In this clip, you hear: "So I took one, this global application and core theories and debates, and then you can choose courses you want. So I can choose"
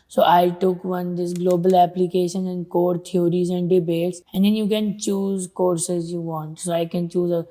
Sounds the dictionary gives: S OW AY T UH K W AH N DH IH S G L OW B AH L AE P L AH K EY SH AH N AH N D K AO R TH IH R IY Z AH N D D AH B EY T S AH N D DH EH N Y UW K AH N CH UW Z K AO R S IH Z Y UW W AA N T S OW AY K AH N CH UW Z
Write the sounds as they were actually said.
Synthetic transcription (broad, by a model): S OW AY T UH K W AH N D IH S G L OW B AH L AE P L AH K EY SH AH N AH N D K AO R T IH R IY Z AH N D D AH B EY T S AH N D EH N Y UW K AH N CH UW Z K AO R S IH Z Y UW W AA N T S OW AY K AH N CH UW Z